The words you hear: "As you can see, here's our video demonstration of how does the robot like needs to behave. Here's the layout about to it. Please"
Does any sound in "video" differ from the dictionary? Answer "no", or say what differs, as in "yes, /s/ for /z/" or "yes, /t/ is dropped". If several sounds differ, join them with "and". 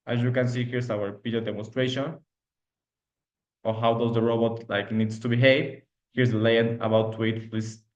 yes, /p/ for /v/